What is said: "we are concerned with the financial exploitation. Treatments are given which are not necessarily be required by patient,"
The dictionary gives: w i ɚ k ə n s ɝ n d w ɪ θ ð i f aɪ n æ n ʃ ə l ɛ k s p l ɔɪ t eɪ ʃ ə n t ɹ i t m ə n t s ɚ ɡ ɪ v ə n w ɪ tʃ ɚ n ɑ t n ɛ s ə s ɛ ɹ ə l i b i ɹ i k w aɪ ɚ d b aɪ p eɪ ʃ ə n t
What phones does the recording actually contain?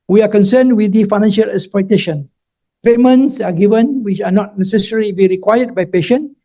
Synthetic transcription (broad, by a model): w i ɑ k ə n s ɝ n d w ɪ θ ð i f aɪ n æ n ʃ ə l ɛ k s p ɔɪ t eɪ ʃ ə n t ɹ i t m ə n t s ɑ ɡ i v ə n w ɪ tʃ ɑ n ɑ t n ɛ s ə s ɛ ɹ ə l i b i ɹ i k w aɪ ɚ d b aɪ p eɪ ʃ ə n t